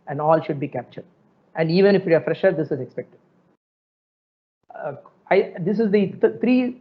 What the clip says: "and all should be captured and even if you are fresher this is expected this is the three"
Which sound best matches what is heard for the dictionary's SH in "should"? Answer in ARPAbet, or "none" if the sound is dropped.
SH